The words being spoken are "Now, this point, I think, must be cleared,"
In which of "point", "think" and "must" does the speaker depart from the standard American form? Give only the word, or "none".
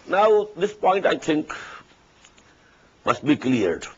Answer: think